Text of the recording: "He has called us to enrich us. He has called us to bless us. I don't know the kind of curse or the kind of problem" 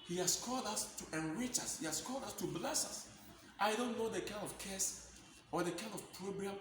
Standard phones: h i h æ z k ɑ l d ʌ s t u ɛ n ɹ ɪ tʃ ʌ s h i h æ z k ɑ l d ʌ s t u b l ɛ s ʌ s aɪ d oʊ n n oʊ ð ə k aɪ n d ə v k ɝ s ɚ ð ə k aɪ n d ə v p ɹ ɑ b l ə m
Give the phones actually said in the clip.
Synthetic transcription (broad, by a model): h i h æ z k ɑ l d ʌ s t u ɛ n ɹ ɪ tʃ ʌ s h i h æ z k ɑ l d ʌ s t u b l ɛ s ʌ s aɪ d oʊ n n oʊ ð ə k aɪ n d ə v k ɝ s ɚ ð ə k aɪ n d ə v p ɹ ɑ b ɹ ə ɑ